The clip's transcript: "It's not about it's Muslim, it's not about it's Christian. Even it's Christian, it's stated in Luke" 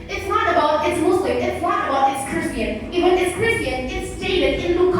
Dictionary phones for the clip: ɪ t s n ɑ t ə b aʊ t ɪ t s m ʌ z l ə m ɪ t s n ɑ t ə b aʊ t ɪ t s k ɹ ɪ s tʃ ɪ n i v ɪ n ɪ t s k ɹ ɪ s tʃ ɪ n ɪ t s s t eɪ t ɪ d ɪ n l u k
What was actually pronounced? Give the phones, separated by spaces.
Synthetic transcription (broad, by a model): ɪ t s n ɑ t ə b aʊ t ɪ t s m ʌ s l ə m ɪ t s n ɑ t ə b aʊ t ɪ t s k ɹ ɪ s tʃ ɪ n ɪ w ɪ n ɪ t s k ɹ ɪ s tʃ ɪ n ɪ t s s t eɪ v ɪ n ɪ n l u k